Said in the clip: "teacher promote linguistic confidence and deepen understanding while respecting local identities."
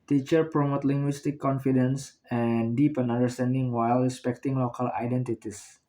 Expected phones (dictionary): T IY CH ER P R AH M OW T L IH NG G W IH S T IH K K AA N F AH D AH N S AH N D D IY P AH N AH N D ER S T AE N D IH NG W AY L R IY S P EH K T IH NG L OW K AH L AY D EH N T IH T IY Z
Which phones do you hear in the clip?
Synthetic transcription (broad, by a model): T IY CH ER P R AH M OW T L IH NG G W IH S T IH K K AA N F AH D AH N S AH N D D IY P AH N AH N D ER S T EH N D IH NG W AY L R IY S P EH K T IH NG L OW K AH L AY D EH N T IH T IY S